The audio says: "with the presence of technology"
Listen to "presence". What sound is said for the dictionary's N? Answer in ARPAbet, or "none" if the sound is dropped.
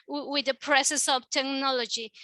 none